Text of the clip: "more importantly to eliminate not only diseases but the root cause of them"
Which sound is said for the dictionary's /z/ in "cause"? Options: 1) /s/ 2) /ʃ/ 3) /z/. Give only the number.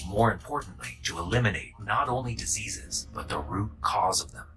3